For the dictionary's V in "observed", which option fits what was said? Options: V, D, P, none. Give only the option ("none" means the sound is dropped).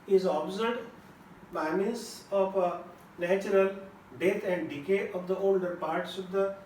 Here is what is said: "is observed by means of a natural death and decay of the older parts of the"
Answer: none